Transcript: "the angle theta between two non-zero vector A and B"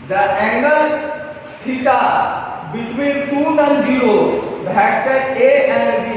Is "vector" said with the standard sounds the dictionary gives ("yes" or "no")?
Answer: no